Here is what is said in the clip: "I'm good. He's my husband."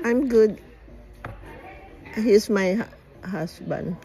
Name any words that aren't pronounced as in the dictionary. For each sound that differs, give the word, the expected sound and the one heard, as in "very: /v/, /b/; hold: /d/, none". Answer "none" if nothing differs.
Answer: he's: /z/, /s/